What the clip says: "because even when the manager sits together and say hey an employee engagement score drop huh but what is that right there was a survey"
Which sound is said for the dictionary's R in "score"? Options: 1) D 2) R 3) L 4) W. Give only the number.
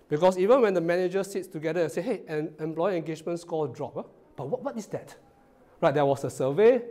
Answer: 3